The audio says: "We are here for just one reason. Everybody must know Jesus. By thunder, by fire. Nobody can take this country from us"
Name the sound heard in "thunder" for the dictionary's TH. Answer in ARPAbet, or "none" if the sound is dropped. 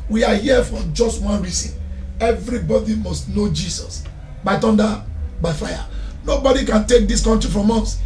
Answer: T